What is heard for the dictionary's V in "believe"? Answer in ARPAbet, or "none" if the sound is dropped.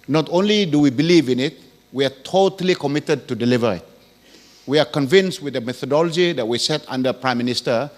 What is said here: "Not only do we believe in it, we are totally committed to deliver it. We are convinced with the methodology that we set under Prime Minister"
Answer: V